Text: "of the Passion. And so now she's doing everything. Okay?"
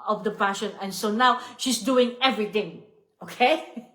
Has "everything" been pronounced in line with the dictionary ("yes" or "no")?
no